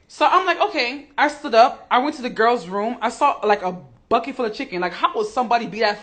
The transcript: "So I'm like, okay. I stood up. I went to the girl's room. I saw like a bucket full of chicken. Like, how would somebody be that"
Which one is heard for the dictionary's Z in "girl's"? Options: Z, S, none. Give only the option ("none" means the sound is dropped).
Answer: Z